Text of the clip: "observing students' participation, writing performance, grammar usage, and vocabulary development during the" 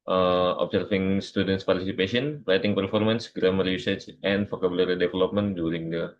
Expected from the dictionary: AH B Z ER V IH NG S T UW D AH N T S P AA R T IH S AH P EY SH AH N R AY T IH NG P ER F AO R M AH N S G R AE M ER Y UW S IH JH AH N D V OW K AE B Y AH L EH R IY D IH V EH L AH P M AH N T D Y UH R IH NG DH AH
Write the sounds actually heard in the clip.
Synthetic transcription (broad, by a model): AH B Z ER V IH NG S T UW D AH N T S P AA R T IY S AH P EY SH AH N R AY T IH NG P ER F AO R M AH N S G R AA M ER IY S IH CH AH N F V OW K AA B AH L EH R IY D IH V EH L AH P M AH N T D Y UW R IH NG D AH